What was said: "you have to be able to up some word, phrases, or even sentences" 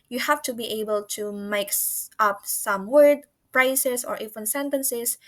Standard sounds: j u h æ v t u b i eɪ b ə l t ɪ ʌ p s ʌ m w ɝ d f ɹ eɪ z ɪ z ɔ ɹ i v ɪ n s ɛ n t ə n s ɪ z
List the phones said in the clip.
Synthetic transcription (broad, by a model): j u h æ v t u b i eɪ b ə l t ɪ ʌ p s ʌ m w ɝ d p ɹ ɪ s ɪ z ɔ ɹ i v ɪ n s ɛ n t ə n s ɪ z